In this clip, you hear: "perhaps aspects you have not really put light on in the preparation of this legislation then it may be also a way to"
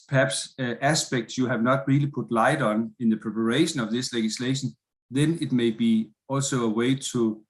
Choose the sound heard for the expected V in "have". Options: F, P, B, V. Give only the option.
V